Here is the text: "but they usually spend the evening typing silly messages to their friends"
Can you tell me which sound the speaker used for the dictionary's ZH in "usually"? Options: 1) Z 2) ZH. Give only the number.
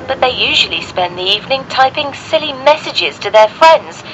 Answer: 2